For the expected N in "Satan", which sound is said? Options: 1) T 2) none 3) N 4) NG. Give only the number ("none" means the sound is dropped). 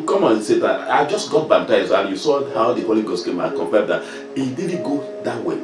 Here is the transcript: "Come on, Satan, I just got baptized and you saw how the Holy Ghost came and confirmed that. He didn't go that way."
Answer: 2